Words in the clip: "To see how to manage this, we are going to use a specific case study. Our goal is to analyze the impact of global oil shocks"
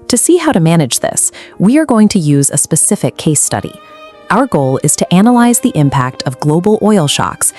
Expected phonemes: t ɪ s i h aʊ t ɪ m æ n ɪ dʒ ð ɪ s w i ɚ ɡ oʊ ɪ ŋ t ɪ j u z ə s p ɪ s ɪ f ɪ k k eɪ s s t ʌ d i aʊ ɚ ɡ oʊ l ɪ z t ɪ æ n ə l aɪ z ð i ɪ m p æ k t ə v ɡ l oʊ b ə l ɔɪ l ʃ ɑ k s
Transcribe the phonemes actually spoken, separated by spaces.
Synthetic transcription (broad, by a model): t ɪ s i h aʊ t ɪ m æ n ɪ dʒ ð ɪ s w i ɚ ɡ oʊ ɪ ŋ t ɪ j u z ə s p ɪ s ɪ f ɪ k k eɪ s s t ʌ d i aʊ ɚ ɡ oʊ l ɪ z t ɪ æ n ə l aɪ z ð i ɪ m p æ k t ə v ɡ l oʊ b l ɔɪ l ʃ ɑ k s